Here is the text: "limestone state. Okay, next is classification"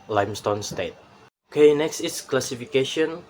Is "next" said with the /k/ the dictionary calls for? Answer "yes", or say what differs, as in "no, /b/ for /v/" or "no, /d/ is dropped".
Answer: yes